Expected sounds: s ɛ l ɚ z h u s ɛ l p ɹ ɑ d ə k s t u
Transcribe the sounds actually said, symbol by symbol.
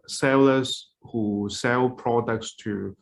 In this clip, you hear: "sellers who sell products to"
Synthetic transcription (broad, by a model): s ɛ l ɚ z h u s ɛ l p ɹ ɑ d ə k s t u